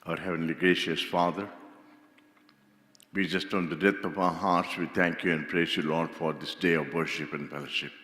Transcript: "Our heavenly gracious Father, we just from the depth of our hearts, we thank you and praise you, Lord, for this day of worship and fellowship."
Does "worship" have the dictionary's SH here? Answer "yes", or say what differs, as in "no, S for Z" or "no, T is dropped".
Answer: yes